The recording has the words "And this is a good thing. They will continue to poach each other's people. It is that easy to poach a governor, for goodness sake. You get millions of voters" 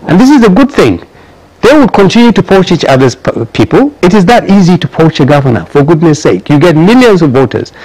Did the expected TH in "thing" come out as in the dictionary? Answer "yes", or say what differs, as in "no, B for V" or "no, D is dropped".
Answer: yes